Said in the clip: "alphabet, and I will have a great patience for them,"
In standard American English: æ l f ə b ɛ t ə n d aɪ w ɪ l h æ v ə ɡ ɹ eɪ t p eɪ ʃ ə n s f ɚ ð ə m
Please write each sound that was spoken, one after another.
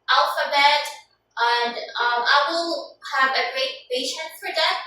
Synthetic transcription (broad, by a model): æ l f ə b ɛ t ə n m aɪ w ɪ l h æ v ə ɡ ɹ eɪ t b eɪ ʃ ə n f ɚ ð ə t